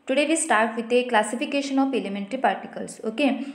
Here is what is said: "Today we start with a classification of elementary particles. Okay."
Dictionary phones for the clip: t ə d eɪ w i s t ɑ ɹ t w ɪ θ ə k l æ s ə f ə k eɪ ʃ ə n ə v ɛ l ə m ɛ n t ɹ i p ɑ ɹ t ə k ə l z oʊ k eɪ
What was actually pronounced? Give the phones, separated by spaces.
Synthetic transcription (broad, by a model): t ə d eɪ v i s t ɑ ɹ t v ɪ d ə k l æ s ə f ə k eɪ ʃ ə n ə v ɛ l ə m ɛ n t ɹ i p ɑ ɹ t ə k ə l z oʊ k eɪ